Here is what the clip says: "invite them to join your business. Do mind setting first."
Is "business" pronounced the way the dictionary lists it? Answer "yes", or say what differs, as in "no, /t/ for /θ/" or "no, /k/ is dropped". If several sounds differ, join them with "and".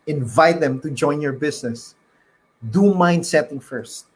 no, /s/ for /z/